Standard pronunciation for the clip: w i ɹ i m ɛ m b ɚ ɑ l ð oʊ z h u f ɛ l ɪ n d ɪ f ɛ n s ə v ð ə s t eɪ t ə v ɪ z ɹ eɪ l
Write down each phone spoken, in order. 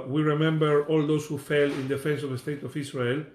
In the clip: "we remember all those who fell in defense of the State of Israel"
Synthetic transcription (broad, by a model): w i ɹ i m ɛ m b ɚ ɑ l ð oʊ s h u f ɛ l ɪ n d ɪ f ɛ n s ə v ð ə s t eɪ t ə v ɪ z ɹ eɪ l